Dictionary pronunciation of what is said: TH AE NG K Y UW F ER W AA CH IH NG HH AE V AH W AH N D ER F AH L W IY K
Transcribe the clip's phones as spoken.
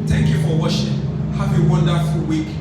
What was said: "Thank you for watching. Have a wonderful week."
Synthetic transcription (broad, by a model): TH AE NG K Y UW F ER W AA SH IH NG HH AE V AH W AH N D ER F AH L W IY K